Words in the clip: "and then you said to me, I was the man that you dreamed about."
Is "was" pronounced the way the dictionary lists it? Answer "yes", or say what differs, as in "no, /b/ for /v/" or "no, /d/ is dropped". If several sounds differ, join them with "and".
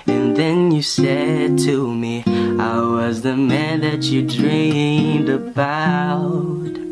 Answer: yes